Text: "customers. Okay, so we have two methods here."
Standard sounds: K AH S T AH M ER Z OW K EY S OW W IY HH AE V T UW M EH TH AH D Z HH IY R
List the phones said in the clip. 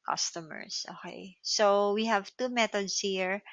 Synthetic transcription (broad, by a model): K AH S T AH M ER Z OW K EY S OW W IY HH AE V T UW M EH T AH D S HH IY R